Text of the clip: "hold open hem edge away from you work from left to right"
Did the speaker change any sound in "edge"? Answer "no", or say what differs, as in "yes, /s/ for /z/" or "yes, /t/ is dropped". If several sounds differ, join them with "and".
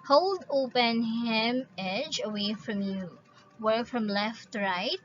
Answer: no